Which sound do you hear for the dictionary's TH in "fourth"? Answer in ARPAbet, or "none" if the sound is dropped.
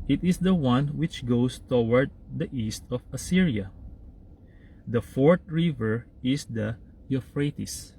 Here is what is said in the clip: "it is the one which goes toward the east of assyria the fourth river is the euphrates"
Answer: T